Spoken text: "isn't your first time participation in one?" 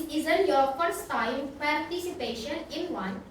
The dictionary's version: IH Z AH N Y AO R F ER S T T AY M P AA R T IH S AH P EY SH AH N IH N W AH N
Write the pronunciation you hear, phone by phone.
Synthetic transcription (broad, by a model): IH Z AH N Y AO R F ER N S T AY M P AA R T IH S AH P EY SH AH N IH N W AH N